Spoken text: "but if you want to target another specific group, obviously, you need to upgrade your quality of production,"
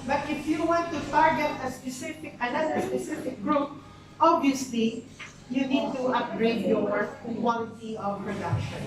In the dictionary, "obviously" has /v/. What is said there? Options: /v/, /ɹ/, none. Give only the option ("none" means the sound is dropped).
none